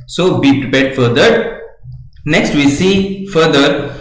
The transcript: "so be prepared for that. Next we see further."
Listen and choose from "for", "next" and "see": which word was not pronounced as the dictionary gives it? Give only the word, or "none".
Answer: none